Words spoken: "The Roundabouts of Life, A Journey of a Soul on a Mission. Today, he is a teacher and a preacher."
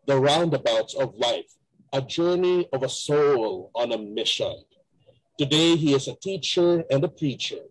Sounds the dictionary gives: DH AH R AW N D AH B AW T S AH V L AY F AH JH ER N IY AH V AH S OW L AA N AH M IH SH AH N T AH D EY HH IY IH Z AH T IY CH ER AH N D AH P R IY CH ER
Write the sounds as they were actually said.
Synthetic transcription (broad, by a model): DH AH R AW N D AH B AW T S AH V L AY F AH JH ER N IY AH V AH S OW L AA N AH M IH SH AH N T AH D EY HH IY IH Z AH T IY CH ER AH N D AH P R IY CH ER